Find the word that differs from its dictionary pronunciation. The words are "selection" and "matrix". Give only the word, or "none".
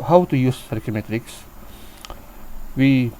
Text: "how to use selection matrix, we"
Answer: selection